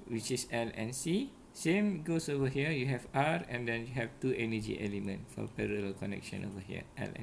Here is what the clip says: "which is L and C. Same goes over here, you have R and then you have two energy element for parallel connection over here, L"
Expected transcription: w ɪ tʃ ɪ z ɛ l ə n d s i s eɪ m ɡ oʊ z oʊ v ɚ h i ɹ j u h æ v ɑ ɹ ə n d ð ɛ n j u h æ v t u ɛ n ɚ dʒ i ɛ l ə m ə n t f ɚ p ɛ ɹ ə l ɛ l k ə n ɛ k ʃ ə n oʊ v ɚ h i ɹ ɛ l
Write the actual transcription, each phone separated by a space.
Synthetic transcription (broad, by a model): w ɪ tʃ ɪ s ɛ l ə n s i s eɪ m ɡ oʊ s oʊ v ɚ h i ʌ j u h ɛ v ɑ ɹ ə n d ɛ n j u h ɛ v t u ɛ n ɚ dʒ i ɛ l ə m ə n t f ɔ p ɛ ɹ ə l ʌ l k ə n ɛ k ʃ ə n oʊ v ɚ h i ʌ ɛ l